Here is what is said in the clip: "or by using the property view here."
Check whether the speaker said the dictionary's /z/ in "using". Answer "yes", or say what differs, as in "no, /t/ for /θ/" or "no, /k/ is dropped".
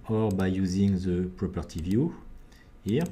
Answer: yes